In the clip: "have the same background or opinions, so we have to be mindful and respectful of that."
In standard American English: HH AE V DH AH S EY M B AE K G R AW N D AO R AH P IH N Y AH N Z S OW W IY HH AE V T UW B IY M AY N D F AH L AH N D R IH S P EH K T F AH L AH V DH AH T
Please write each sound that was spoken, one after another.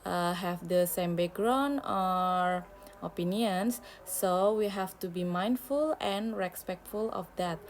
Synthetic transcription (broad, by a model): HH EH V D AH S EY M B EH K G R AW N AO R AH P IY N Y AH N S S OW W IY HH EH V T UW B IY M AY N D F AH L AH N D R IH S P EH K T F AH L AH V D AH T